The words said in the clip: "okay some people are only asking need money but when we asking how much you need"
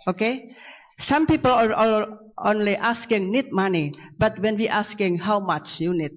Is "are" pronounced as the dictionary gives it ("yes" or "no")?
no